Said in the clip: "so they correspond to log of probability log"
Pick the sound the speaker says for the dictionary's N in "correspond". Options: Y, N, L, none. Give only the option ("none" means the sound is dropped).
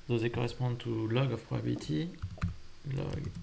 none